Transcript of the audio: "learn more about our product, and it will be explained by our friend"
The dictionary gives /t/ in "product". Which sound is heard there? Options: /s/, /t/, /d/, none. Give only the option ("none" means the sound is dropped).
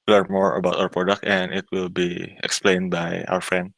/t/